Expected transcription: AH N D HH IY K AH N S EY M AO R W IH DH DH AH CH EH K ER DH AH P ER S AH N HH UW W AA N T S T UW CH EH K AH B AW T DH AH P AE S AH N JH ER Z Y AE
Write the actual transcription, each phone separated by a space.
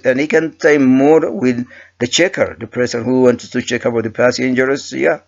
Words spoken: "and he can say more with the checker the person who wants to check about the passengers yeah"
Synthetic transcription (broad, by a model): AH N HH IY K AH N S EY M AO R W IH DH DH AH CH EH K ER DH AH P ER S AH N HH UW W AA N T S T UW CH EH K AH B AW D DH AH P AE S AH N JH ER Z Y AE